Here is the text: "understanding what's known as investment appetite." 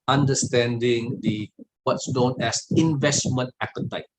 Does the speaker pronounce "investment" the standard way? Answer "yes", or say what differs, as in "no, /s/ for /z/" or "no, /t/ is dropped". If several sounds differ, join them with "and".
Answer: yes